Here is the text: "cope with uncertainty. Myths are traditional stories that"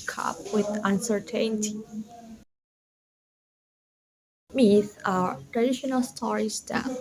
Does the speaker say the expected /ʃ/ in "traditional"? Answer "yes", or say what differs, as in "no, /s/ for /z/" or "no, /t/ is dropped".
yes